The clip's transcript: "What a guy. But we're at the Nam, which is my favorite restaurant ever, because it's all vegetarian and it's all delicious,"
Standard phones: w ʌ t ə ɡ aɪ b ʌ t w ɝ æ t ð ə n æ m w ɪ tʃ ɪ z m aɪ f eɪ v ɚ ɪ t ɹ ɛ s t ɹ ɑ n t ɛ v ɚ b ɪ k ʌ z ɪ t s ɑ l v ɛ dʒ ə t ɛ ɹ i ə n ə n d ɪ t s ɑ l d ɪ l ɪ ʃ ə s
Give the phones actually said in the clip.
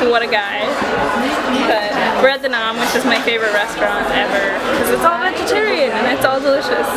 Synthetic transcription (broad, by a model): w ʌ t ə ɡ aɪ b ʌ t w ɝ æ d ð ə n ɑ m w ɪ tʃ ɪ z m aɪ f eɪ v ɚ ɪ t ɹ ɛ s t ɹ ɑ n t ɛ v ɚ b k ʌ z ɪ t s ɑ l v ɛ dʒ ə t ɛ ɹ i ə n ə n ɪ t s ɑ l d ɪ l ɪ ʃ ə s